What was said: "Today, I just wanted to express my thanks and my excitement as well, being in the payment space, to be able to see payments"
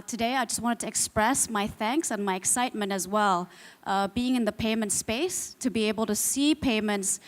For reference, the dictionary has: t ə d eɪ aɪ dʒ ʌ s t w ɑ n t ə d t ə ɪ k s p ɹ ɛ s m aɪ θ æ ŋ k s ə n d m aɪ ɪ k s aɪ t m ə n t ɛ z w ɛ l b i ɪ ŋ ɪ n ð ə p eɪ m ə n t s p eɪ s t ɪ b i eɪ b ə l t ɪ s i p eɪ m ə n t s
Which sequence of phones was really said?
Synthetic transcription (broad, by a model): t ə d eɪ aɪ dʒ ʌ s t w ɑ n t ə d t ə ɪ k s p ɹ ɛ s m aɪ θ æ ŋ k s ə n m aɪ ɪ k s aɪ t m ə n t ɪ z w ɛ l b i ɪ ŋ ɪ n ð ə p eɪ m ə n t s p eɪ s t ɪ b i eɪ b ə l t ɪ s i p eɪ m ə n t s